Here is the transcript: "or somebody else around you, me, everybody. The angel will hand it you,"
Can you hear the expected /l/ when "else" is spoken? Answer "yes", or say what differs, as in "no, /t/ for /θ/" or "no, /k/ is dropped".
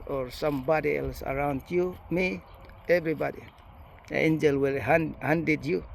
yes